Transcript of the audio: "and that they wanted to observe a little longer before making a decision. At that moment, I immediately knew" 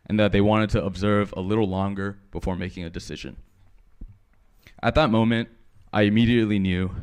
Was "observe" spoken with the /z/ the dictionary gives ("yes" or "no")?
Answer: yes